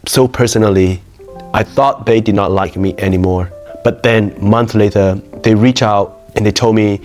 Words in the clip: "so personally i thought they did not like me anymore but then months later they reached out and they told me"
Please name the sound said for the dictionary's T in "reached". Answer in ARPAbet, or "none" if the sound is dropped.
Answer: none